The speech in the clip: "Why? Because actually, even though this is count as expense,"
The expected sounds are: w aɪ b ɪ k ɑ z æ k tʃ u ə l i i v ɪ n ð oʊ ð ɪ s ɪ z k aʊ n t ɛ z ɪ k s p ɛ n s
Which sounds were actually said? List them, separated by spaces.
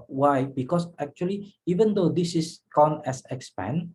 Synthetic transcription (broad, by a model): w aɪ b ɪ k ɑ s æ k tʃ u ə l i i v ɪ n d oʊ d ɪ s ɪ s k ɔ n ɛ s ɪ k s p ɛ n